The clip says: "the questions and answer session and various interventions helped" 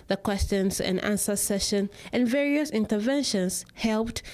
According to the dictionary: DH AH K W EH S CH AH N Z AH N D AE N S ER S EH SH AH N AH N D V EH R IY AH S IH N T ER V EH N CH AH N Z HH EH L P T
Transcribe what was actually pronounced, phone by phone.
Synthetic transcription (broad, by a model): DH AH K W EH S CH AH N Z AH N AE N S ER S EH SH AH N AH N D V EH R IY AH S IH N T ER V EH N SH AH N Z HH EH L P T